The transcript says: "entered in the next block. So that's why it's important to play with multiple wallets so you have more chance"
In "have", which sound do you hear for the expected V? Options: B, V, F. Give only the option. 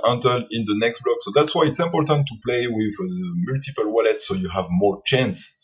V